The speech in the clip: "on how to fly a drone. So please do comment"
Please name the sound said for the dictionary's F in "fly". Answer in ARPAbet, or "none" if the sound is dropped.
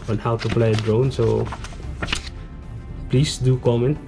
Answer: P